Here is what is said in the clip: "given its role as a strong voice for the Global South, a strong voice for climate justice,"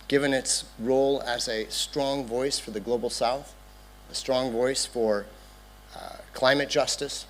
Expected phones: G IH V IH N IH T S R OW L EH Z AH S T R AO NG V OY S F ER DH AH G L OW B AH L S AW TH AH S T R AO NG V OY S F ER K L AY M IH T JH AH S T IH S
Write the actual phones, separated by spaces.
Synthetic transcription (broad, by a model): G IH V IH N IH T S R OW L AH Z AH S T R AO NG V OY S F ER DH AH G L OW B L S AW TH AH S T R AO NG V OY S F ER K L AY M IH T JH AH S T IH S